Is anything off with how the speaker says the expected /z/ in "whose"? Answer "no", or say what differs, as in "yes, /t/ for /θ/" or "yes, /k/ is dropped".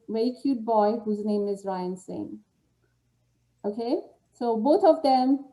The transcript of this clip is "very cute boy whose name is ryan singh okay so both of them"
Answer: no